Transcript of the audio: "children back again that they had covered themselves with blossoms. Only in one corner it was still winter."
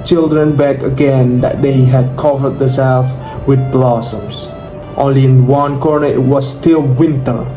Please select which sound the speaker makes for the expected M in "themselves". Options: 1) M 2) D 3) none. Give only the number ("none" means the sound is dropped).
3